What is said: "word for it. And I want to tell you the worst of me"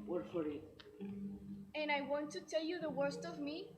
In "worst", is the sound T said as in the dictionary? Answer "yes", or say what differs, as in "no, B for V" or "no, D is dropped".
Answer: yes